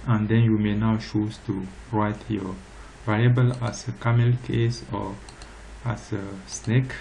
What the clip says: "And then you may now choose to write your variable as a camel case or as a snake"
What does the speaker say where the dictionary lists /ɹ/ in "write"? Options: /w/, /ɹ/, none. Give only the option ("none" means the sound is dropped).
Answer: /ɹ/